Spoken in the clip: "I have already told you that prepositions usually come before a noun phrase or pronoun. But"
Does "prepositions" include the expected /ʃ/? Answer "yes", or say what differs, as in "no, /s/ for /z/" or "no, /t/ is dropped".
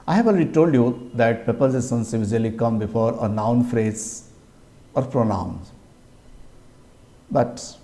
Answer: no, /s/ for /ʃ/